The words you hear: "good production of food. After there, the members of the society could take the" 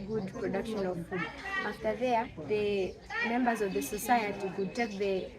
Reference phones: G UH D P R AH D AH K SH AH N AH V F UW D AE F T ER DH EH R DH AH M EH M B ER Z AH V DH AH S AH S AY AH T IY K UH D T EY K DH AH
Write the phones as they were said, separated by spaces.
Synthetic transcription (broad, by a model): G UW D P R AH D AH K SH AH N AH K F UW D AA T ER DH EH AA DH AH M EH M B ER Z AH V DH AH S AH S AY AH T IY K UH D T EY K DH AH